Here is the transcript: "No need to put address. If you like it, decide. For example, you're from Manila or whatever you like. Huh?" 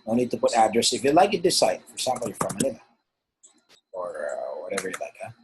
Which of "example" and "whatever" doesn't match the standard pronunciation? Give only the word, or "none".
example